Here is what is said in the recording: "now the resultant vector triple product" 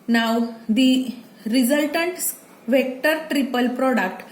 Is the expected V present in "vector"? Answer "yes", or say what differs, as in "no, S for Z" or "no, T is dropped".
yes